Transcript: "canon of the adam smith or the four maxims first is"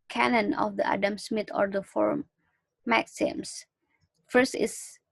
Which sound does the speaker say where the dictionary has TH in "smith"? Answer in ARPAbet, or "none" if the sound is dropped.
T